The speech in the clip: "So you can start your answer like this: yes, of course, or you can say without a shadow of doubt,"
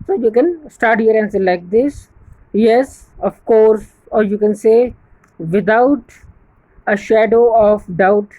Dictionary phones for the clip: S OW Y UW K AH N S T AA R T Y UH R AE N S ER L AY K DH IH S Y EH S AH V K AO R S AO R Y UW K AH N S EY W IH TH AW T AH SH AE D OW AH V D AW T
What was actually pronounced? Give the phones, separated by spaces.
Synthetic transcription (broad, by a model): S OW Y UW K AH N S T AA R T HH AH R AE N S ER L AY K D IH S Y EH S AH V K AO R S AO R Y UW K AH N S EY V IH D AW T AH SH AE D OW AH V D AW T